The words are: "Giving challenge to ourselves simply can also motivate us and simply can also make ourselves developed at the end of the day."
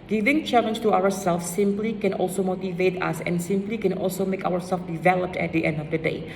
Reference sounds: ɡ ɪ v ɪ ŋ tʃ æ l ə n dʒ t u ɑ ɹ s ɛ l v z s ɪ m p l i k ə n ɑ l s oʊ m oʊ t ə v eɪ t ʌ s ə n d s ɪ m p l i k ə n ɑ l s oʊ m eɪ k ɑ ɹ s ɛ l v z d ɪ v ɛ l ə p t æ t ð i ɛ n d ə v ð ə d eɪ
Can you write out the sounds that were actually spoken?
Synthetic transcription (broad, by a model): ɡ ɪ v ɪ ŋ tʃ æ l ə n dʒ t u ɑ ɹ s ɛ l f s ɪ m p l i k ə n ɑ l s oʊ m oʊ t ə v eɪ t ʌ s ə n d s ɪ m p l i k ə n ɑ l s oʊ m eɪ k ɑ ɹ s ɛ l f d ɪ v ɛ l ə p t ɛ t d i ɛ n d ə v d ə d eɪ